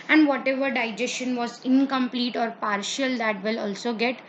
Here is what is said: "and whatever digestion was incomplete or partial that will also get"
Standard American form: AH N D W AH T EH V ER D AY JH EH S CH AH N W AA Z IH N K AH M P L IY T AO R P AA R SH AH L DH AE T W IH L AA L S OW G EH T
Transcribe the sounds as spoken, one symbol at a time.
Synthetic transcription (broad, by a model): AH N D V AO T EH V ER D AY JH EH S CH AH N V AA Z IH N K AH M P L IY T AO R P AA R SH AH L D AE T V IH L AA L S OW G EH T